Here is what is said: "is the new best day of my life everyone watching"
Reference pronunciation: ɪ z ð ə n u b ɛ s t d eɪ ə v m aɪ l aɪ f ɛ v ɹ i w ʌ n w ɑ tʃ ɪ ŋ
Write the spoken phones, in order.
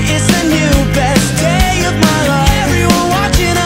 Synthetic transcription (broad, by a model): ɪ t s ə n u b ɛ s d eɪ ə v m aɪ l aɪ ɛ v ɹ i w ʌ n w ɑ tʃ ɪ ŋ